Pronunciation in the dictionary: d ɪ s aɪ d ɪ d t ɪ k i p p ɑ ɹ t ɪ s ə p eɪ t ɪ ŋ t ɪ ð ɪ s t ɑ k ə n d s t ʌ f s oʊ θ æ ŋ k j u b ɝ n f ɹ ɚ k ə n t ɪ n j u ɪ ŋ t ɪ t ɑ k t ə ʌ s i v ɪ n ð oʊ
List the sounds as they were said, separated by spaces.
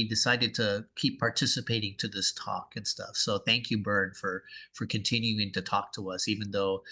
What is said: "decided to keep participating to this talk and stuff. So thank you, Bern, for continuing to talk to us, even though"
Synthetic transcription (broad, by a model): d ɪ s aɪ d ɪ d t ɪ k i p p ɑ ɹ t ɪ s ə p eɪ t ɪ ŋ t ɪ ð ɪ s t ɑ k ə n s t ʌ f s oʊ θ æ ŋ k j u b ɝ n f ɹ ɚ k ə n t ɪ n j u ɪ ŋ t ɪ t ɑ k t ə ʌ s i v ɪ n ð oʊ